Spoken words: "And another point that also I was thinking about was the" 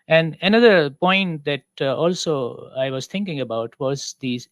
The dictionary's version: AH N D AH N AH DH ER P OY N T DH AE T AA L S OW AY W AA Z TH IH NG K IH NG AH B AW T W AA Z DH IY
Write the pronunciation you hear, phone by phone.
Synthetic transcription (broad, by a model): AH N D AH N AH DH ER P OY N T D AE T AA L S OW AY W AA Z T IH NG K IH NG AH B AW T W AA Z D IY